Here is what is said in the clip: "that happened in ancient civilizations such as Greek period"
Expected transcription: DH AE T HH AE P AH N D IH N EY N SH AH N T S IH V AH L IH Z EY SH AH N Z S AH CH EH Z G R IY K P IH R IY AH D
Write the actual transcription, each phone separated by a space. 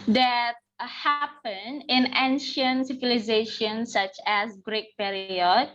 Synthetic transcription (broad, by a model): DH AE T HH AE P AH N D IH N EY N SH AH N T S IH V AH L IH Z EY SH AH N S AH CH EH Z G R IY K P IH R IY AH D